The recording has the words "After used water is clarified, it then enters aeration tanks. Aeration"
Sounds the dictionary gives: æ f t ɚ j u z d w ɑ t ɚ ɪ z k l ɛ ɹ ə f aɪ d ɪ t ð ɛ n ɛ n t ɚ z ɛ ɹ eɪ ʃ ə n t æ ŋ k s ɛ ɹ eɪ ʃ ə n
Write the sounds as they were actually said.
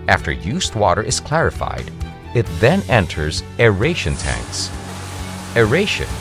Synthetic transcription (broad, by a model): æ f t ɚ j u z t w ɑ t ɚ ɪ z k l ɛ ɹ ə f aɪ d ɪ t ð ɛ n ɛ n t ɚ z ɛ ɹ eɪ ʃ ə n t æ ŋ k s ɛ ɹ eɪ ʃ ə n